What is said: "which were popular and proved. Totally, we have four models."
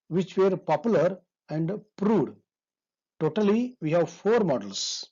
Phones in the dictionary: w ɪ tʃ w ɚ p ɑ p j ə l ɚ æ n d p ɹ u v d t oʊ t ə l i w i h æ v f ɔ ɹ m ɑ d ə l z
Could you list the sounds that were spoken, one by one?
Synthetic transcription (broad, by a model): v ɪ tʃ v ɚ p ɑ p j ə l ɚ æ n d p ɹ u d t oʊ t ə l i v i h æ v f ɔ ɹ m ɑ d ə l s